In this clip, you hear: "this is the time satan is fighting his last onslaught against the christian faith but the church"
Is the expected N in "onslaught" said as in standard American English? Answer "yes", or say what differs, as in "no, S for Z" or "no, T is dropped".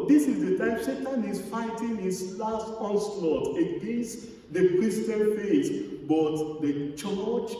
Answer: no, N is dropped